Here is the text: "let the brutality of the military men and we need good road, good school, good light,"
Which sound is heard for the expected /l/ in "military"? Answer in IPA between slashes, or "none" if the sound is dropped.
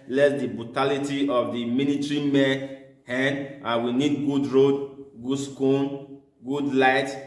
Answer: /n/